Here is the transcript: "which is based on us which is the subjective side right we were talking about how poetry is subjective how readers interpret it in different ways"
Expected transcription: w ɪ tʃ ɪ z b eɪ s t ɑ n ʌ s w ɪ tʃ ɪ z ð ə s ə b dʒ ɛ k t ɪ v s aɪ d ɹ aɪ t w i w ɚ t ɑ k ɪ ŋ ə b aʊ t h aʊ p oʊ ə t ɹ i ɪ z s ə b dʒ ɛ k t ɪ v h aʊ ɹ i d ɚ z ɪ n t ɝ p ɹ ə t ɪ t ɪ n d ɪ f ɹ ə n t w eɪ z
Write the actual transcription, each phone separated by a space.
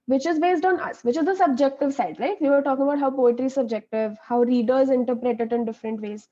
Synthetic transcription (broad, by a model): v ɪ tʃ ɪ z b eɪ s t ɑ n ʌ s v ɪ tʃ ɪ z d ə s ə b dʒ ɛ k t ɪ v s aɪ d l aɪ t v i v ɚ t ɑ k ɪ ŋ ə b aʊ t h aʊ p oʊ ə t ɹ i s ə b dʒ ɛ k t ɪ v h aʊ ɹ i d ɚ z ɪ n t ɝ p ɹ ə t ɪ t ɪ n d ɪ f ɹ ə n t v eɪ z